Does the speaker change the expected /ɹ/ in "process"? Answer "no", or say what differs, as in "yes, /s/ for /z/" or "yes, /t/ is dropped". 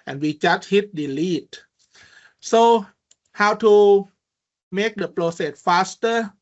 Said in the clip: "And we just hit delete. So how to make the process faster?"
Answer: yes, /l/ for /ɹ/